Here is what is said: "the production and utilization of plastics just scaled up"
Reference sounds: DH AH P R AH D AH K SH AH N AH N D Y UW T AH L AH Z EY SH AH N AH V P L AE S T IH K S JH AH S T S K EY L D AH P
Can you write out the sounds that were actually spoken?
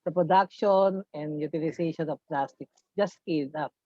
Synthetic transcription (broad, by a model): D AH P R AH D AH K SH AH N AH N D Y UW T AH L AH S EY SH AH N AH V P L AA S T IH K S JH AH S S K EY D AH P